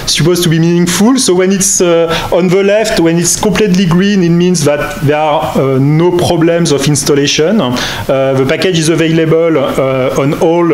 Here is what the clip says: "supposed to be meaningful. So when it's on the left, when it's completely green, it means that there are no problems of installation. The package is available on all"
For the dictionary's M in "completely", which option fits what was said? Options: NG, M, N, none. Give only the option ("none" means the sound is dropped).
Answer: none